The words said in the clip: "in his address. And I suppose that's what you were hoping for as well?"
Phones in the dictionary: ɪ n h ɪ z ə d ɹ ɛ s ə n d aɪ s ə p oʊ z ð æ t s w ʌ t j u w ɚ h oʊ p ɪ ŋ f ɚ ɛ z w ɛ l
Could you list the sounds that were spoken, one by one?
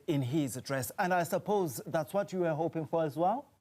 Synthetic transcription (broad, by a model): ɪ n h ɪ z ə d ɹ ɛ s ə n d aɪ s ə p oʊ z ð æ t s w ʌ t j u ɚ h oʊ p ɪ ŋ f ɚ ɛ z w ɛ l